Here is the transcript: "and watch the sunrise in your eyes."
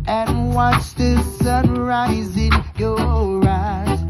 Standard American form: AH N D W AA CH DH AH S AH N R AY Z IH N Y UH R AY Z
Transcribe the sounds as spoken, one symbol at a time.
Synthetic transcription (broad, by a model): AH N W AA CH DH AH S AH N R AY Z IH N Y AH R AY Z